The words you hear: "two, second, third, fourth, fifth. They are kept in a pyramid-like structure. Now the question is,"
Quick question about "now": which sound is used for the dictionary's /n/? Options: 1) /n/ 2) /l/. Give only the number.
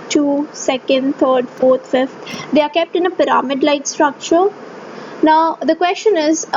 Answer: 1